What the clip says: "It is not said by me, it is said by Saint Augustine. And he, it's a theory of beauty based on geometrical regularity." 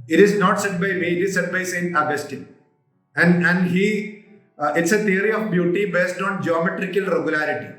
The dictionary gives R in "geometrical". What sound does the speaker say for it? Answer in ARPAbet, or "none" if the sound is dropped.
R